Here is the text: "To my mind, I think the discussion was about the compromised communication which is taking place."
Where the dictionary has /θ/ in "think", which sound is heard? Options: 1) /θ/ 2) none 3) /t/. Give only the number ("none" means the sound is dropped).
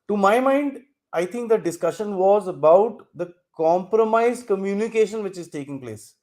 3